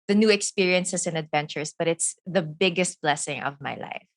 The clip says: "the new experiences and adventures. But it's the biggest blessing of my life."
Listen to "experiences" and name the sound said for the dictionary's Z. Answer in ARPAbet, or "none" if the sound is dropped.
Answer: S